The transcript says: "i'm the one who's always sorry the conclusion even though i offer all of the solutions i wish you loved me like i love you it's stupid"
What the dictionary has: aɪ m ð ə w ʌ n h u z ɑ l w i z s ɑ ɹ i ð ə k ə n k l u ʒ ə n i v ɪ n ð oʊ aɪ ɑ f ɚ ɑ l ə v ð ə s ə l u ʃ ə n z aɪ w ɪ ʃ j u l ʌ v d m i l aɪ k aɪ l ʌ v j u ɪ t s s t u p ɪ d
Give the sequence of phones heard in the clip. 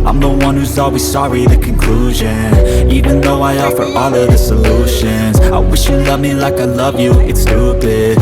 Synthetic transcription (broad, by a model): aɪ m ð ə w ʌ n h u z ɑ l w i z s ɑ ɹ i ð ə k ə n k l u ʒ ə n i v ɪ n ð oʊ aɪ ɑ f ɚ ɑ l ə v ð ə s ə l u ʃ ə n z aɪ w ɪ ʃ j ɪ l ʌ v m i l aɪ k aɪ l ʌ v j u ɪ t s s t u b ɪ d